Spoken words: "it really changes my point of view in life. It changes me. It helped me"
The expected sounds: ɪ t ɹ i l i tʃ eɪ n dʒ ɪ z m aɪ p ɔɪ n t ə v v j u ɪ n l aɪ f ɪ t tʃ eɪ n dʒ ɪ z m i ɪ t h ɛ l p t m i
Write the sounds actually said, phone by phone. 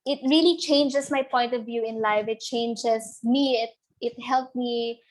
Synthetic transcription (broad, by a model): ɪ t ɹ i l i tʃ eɪ n dʒ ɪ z m aɪ p ɔɪ n t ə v v j u ɪ n l aɪ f ɪ t tʃ eɪ n dʒ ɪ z m i ɪ t h ɛ l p m i